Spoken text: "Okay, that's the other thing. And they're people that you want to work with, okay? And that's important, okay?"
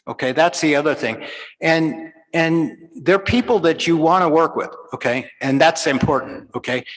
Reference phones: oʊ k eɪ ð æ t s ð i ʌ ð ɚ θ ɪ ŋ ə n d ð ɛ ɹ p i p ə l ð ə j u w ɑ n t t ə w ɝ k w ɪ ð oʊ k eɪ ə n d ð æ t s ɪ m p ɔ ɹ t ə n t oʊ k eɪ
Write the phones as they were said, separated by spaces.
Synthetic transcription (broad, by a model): oʊ k eɪ ð æ t s ð i ʌ ð ɚ θ ɪ ŋ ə n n ð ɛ ɹ p i p l ð ə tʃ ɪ w ɑ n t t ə w ɝ k w ɪ ð oʊ k eɪ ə n ð æ t s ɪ m p ɔ ɹ t n t oʊ k eɪ